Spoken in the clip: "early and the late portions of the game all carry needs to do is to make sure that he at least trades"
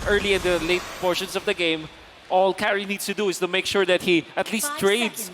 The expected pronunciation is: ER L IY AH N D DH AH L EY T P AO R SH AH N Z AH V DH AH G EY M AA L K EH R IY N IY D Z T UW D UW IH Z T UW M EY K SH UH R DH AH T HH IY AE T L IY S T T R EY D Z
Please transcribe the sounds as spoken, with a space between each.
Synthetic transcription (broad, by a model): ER L IY AH N D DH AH L EY T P AO R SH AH N S AH V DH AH G EY M AA L K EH R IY N IY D S T UW D UW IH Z T UW M EY K SH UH R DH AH T HH IY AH T L IY S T T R EY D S